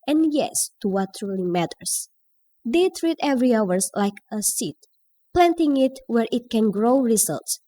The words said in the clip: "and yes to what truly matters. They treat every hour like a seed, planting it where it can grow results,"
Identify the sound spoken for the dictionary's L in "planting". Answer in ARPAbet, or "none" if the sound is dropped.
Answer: L